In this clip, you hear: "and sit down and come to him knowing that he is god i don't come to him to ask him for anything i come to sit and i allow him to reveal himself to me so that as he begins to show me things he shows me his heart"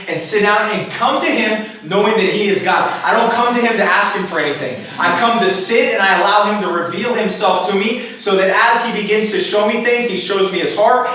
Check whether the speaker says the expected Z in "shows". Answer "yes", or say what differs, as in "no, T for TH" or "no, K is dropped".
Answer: yes